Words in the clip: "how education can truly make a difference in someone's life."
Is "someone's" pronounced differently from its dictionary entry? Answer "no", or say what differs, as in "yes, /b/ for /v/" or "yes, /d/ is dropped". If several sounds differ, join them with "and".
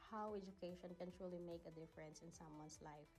yes, /s/ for /z/